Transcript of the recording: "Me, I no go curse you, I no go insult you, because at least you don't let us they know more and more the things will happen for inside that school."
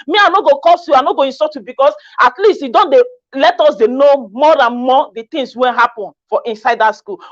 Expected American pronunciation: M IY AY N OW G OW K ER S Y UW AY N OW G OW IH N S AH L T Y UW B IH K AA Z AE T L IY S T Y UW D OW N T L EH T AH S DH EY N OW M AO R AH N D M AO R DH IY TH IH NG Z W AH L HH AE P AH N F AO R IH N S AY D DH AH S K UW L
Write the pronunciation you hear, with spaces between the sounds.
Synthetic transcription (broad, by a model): M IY AY N OW G OW K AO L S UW AY N OW G OW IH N S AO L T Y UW B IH K AA S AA T L IY S T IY D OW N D L EH T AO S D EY N OW M AO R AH N M AO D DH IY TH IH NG S W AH N HH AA P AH N F AO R IH N S AY D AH S K UW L